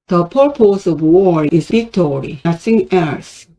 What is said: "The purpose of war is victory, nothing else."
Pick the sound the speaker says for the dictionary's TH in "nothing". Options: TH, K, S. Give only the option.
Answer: S